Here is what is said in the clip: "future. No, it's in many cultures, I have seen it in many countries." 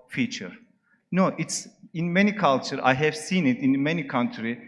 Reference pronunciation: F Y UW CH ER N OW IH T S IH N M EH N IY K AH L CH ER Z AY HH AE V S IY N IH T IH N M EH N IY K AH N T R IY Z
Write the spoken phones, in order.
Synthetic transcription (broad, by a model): F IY CH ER N OW IH T S IH N M EH N IY K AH L CH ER AY HH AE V S IY N IH T IH N M EH N IY K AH N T R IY